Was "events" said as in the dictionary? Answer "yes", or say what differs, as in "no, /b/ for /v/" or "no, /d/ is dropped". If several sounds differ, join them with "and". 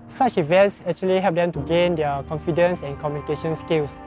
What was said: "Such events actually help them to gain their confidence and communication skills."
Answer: yes